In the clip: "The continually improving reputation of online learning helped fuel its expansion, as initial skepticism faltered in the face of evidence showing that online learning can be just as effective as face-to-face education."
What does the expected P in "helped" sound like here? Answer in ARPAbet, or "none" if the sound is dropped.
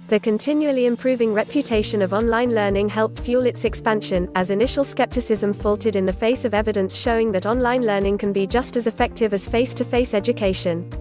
P